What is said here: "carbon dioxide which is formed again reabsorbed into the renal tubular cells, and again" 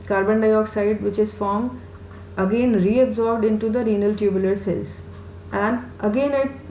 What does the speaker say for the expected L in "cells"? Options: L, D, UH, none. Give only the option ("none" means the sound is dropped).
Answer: none